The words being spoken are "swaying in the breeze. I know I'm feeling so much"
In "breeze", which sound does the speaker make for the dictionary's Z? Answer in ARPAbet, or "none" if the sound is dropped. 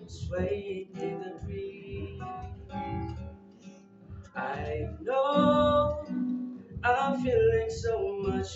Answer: none